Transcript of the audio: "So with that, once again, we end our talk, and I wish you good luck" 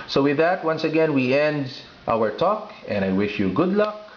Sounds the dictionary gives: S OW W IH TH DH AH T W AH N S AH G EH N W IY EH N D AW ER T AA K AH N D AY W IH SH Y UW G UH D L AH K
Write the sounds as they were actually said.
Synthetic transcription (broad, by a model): S OW W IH DH AH T W AH N S AH G EH N W IY EH N D AW ER T AA K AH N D AY W IH SH Y UW G UH D L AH K